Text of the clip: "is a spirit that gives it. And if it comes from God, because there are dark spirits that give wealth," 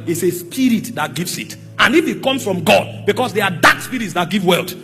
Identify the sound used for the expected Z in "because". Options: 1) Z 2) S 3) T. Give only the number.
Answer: 2